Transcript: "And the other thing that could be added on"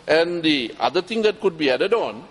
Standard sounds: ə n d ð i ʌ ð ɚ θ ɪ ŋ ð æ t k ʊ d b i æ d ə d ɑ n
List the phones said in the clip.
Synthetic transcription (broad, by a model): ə n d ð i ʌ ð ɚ t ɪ ŋ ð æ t k ʊ d b i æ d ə d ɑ n